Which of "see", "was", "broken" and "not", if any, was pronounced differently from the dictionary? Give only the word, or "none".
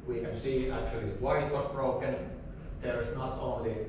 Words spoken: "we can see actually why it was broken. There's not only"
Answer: was